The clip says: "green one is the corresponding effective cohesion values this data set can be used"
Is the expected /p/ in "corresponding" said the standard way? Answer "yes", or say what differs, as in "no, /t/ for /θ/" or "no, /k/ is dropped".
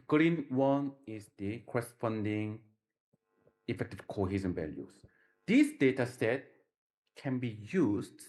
no, /f/ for /p/